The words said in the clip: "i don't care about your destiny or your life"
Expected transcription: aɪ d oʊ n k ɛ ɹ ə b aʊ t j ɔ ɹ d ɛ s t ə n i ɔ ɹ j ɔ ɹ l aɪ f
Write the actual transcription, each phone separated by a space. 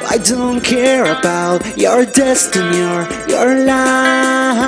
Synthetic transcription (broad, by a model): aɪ d oʊ n k ɛ ɹ ə b aʊ t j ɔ ɹ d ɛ s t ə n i ɔ ɹ j ɔ ɹ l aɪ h